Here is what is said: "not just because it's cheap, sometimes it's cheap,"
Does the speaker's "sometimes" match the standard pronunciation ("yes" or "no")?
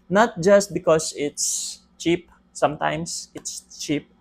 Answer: no